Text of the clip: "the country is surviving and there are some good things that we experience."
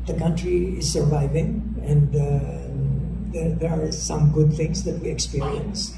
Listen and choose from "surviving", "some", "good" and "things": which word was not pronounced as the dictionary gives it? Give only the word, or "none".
things